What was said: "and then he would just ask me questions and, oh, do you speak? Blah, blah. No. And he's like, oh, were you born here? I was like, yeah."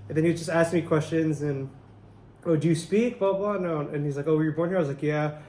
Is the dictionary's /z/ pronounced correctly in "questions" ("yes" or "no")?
yes